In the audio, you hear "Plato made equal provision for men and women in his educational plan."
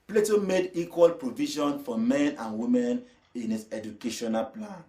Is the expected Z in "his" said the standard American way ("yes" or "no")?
no